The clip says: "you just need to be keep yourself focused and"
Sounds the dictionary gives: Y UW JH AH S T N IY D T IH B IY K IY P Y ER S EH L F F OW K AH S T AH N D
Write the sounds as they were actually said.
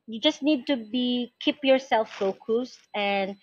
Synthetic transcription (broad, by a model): Y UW JH AH S T N IY D T IH B IY K IY P Y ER S EH L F F OW K AH S T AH N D